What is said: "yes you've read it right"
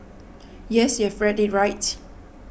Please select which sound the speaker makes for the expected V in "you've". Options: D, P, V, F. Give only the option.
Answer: F